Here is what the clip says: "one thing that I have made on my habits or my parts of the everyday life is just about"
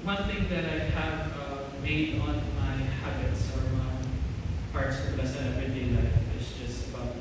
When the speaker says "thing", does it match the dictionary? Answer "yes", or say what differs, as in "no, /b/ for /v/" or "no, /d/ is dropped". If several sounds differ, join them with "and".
yes